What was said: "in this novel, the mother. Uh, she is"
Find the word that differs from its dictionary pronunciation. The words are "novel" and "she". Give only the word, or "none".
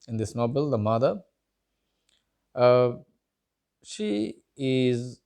novel